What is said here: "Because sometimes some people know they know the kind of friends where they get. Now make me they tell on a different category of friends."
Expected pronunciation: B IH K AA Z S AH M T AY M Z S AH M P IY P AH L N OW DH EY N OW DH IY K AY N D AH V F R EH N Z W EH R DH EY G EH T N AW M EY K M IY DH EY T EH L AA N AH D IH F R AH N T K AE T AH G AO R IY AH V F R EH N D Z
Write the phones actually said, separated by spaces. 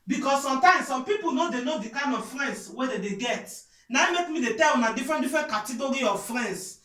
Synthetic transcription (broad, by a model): B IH K AA S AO M T AY M S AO M P IY P AH L N OW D EY N OW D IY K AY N AH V F R EH N S W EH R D EY G EH T N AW M EY K M IY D EY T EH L AA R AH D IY F R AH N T K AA T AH G AO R IY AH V F R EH N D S